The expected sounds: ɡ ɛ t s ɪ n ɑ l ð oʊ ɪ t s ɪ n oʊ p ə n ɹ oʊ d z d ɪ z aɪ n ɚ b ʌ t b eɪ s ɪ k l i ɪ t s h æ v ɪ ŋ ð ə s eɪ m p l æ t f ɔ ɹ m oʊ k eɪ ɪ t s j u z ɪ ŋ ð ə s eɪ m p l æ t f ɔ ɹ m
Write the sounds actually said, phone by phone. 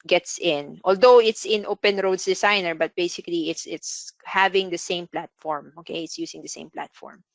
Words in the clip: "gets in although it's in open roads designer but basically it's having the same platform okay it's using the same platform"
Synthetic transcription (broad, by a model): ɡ ɛ t s ɪ n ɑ l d oʊ ɪ t s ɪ n oʊ p ə n ɹ oʊ d s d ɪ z aɪ n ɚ b ʌ t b eɪ s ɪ k l i ɪ t s h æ v ɪ ŋ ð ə s eɪ m p l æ t f ɔ ɹ m oʊ k eɪ ɪ t s j u s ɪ ŋ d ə s eɪ m p l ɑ t f ɔ ɹ m